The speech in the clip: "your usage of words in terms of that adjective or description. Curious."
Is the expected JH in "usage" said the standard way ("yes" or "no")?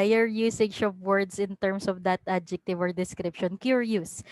no